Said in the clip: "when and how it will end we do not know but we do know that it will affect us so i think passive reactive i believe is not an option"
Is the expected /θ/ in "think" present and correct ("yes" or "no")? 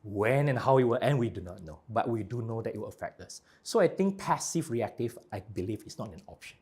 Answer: no